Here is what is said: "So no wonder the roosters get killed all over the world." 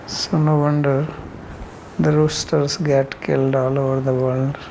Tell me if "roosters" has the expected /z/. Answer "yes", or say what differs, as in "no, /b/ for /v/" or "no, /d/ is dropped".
no, /s/ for /z/